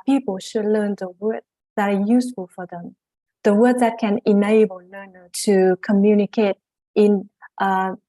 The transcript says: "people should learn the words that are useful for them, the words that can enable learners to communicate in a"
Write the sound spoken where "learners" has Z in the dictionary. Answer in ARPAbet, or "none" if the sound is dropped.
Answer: none